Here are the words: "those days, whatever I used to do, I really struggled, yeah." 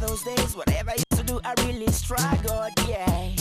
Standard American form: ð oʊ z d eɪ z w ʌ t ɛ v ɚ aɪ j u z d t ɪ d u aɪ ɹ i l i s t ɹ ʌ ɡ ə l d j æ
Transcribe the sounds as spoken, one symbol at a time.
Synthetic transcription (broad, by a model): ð oʊ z d eɪ z w ʌ t ɛ v ɚ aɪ j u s t ɪ d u aɪ ɹ i l i s t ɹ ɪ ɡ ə d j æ